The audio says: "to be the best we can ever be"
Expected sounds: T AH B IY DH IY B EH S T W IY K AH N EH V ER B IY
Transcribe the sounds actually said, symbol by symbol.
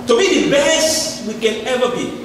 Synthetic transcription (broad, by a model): T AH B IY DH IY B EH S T W IY K AH N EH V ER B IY